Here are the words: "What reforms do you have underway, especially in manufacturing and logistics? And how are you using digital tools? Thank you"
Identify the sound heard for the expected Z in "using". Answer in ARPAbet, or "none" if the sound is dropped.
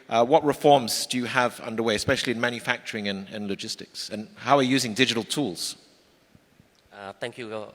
Z